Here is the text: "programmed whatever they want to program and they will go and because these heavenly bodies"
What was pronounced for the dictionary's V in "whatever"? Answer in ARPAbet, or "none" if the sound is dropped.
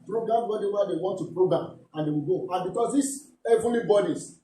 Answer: W